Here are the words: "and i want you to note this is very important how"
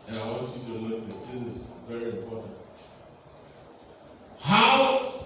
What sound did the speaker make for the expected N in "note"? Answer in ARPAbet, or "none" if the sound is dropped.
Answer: L